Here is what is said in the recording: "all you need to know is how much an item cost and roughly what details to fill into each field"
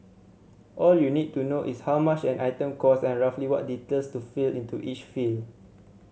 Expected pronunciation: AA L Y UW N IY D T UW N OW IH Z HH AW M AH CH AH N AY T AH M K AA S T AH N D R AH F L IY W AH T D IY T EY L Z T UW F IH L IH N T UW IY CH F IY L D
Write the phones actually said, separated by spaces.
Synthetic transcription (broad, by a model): AA L Y UW N IY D T UW N OW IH S HH AW M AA CH AH N AY T AH M K AA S AH N R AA F L IY W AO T D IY T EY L S T UW F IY L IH N T UW IY CH F IY L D